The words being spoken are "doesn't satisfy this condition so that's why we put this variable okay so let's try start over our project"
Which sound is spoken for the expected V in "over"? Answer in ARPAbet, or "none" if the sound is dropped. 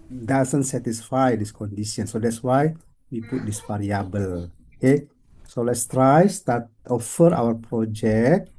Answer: F